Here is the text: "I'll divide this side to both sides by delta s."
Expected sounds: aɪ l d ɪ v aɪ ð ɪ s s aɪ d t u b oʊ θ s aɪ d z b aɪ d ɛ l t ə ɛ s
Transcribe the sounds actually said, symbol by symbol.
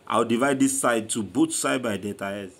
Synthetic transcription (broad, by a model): aɪ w d ɪ v aɪ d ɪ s s aɪ d t u b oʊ t s aɪ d b aɪ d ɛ t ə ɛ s